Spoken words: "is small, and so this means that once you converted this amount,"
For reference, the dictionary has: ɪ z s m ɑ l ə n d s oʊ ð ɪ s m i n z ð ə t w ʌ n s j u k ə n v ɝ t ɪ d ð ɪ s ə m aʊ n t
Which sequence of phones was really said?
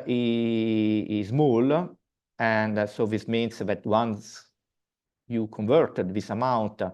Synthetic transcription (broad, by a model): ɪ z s m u l ə n d s oʊ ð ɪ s m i n s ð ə t w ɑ n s j u k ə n v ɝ t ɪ d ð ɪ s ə m aʊ n t